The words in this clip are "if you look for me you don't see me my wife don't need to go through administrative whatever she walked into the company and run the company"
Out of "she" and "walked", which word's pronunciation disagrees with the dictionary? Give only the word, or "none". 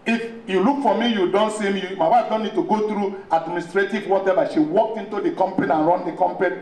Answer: walked